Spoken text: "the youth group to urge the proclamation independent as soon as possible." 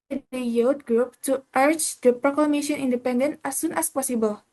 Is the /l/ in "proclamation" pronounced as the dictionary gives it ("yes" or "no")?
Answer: yes